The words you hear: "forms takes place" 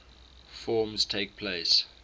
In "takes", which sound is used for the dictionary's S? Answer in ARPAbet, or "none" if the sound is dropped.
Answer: none